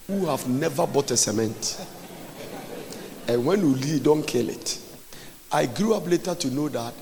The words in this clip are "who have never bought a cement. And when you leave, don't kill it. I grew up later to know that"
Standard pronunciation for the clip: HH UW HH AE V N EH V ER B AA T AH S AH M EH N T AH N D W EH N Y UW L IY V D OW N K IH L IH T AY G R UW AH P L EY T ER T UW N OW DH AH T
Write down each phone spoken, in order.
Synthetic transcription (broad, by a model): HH UW HH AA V N EH V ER B AA T AH S AH M EH N T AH N W EH N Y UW L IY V D OW N K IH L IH T AY G R UW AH P L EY T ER T UW N OW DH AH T